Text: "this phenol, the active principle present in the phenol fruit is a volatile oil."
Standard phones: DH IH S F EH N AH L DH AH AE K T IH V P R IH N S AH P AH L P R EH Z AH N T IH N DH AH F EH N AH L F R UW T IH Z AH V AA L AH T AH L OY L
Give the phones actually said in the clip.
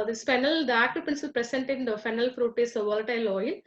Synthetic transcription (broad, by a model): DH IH S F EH N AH L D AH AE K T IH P IH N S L P R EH S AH N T IH N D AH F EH N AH L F R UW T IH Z AH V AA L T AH L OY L